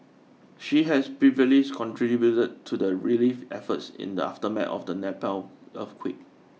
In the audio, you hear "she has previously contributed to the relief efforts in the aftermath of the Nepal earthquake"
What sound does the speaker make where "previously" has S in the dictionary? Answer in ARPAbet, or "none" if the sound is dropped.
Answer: none